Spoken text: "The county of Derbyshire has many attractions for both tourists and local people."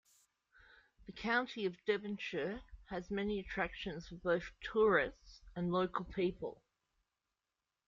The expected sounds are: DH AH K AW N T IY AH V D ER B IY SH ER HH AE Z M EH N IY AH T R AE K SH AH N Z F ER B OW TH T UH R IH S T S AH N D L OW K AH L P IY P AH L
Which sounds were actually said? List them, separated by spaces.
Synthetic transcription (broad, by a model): DH AH K AW N T IY AH V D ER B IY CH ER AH Z M EH N IY AH T R AE K SH AH N Z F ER B OW TH T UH R IH S T S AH N L OW K AH L P IY P AH L